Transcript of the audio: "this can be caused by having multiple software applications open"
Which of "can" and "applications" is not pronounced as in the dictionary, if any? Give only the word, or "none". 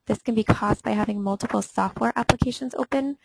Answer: none